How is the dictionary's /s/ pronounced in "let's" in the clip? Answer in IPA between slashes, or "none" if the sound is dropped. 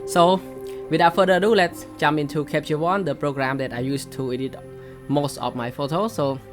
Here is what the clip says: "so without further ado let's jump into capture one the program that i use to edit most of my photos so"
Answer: /s/